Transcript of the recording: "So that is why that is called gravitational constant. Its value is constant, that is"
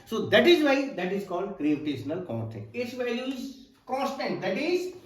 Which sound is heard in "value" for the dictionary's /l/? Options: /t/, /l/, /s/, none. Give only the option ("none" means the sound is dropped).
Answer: none